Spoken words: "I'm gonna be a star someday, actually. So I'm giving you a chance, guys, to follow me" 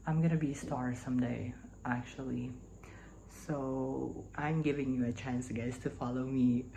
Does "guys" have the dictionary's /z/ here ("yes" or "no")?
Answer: no